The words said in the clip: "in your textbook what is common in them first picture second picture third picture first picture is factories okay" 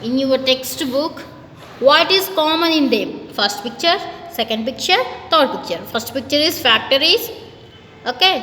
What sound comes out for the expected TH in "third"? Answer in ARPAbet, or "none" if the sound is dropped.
T